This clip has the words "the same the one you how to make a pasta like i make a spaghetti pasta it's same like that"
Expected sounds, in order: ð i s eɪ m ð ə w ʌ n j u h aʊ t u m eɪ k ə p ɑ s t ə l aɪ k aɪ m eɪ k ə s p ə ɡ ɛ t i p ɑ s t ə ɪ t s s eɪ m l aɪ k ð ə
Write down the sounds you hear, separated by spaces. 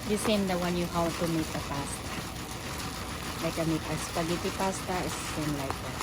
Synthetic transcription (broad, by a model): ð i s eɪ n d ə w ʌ n j u h aʊ t u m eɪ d ə p ɑ s t ə l aɪ k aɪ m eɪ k ə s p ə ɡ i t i p ɑ s t ə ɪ s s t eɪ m l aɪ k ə